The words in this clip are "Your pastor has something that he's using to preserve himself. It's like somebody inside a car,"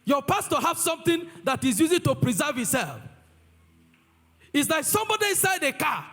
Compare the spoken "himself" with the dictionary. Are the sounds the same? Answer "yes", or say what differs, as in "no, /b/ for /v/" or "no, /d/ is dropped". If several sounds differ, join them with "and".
no, /m/ is dropped